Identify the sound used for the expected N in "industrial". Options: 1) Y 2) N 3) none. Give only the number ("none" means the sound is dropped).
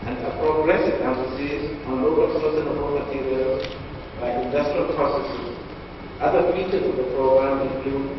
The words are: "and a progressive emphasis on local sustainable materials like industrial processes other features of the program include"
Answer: 2